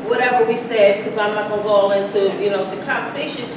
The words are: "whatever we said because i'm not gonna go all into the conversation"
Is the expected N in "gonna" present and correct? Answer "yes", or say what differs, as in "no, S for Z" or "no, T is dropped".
no, L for N